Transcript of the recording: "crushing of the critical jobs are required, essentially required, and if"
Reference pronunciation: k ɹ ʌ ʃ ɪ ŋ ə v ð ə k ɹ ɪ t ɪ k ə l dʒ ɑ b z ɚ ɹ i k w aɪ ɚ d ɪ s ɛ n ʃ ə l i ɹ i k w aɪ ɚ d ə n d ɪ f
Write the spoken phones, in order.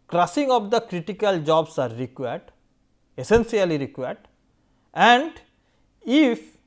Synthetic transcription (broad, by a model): k ɹ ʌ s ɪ ŋ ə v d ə k ɹ ɪ t ɪ k ə l dʒ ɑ b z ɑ ɹ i k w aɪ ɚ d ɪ s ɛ n s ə l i ɹ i k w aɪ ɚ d ə n d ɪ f